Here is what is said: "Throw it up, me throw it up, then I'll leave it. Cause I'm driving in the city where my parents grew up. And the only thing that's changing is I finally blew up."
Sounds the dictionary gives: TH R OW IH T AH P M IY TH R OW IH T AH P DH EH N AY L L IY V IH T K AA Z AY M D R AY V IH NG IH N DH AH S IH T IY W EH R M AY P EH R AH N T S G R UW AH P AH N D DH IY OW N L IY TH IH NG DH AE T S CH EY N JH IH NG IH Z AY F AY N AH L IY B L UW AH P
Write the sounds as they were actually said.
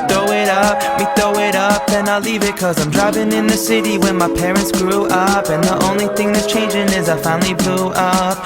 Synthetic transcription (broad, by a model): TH OW IH T AH P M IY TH OW IH T AH P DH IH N AY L L IY V IH T K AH Z AY M D R AY V IH NG IH N DH AH S IH T IY W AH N M AY P EH R AH N T S G R UW AH P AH N DH IY OW N L IY TH IH NG DH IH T CH EY N JH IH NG IH Z AY F AY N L IY B L UW AH P